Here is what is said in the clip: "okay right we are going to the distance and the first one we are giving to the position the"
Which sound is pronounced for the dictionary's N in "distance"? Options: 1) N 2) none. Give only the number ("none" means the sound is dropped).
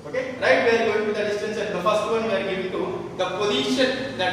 1